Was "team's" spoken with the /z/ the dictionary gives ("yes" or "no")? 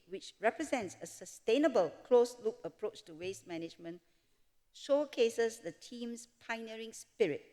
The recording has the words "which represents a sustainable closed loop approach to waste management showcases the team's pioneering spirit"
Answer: no